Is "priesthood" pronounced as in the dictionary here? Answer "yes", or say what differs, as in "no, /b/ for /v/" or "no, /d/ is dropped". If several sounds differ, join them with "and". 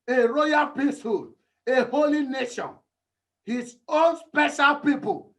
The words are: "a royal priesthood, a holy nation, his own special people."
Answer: no, /ɹ/ is dropped